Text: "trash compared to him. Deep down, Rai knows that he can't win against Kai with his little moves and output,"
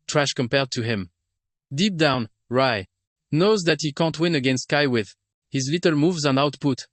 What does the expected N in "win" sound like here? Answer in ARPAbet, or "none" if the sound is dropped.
N